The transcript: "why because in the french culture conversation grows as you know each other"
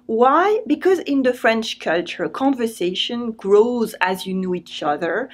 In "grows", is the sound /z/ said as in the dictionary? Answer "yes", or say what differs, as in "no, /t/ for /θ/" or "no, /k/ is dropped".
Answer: yes